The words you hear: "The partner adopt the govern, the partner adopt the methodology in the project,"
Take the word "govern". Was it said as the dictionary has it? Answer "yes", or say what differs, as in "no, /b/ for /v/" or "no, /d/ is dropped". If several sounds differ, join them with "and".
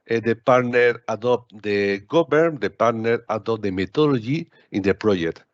no, /b/ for /v/